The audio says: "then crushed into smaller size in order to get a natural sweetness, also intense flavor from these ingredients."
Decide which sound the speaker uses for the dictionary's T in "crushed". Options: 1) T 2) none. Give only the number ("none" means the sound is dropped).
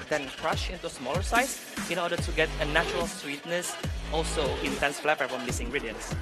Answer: 2